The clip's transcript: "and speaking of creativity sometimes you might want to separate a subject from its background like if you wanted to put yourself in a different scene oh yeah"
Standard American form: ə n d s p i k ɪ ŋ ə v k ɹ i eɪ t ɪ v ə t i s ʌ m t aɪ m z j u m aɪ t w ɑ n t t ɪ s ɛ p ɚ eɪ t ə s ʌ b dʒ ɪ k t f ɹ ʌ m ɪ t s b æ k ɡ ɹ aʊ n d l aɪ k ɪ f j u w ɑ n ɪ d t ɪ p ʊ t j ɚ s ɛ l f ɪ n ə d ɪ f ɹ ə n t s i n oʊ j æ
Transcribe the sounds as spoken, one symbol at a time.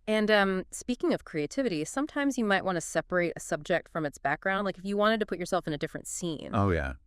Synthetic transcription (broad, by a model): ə n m s p i k ɪ ŋ ə v k ɹ i eɪ t ɪ v ə t i s ʌ m t aɪ m z j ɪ m aɪ t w ɑ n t t ɪ s ɛ p ɚ eɪ t ə s ʌ b dʒ ɪ k t f ɹ ʌ m ɪ t s b æ k ɡ ɹ aʊ n d l aɪ k ɪ f j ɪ w ɑ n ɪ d t ɪ p ʊ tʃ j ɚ s ɛ l f ɪ n ə d ɪ f ɹ ə n t s i n oʊ j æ